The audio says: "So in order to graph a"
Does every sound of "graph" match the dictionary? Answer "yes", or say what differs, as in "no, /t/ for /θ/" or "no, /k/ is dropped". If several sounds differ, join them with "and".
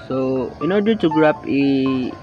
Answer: no, /p/ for /f/